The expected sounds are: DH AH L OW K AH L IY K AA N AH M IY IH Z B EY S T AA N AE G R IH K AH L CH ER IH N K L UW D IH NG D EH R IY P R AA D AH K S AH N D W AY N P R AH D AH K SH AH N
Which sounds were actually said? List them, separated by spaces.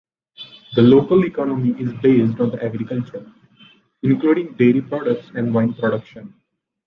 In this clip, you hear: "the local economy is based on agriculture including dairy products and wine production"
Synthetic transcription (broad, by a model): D AH L OW K AH L IY K AA N AH M IY IH Z B EY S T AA N AE G R IH K AH L CH ER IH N K L UW D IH NG D EH R IY P R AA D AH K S AH N D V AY N P R AH D AH K SH AH N